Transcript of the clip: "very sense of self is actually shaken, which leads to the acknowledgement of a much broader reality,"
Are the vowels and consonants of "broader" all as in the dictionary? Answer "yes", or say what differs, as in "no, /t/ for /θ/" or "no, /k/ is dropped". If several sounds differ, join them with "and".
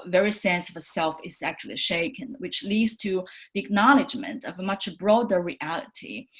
yes